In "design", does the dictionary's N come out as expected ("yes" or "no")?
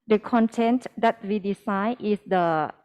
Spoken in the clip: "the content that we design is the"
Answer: no